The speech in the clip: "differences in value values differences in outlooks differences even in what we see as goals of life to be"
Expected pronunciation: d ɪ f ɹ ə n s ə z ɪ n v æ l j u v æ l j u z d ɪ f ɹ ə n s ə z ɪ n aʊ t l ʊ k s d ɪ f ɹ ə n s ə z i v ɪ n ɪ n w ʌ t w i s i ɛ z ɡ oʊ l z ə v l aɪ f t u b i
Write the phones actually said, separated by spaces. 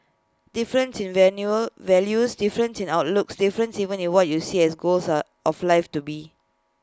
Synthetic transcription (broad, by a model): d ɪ f ɹ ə n s ɪ n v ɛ n j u v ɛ l j u s d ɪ f ɹ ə n s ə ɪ n aʊ t l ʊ k s d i f ɹ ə n s i v ɪ n ɪ n w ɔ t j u s i ɛ s ɡ oʊ l s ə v l aɪ f t u b i